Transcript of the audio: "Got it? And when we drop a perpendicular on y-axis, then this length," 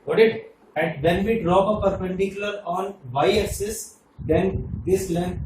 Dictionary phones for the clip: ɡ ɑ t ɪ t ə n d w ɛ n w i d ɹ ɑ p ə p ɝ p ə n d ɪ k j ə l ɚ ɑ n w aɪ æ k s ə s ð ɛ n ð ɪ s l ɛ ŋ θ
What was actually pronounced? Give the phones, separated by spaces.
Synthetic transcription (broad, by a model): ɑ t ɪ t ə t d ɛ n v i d ɹ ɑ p ə p ɝ p ə n d ɪ k j ə l ɚ ɑ n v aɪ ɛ s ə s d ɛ n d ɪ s l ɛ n